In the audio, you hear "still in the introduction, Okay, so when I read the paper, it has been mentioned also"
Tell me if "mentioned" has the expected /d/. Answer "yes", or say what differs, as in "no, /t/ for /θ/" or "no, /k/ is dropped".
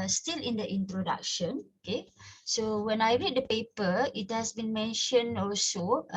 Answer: no, /d/ is dropped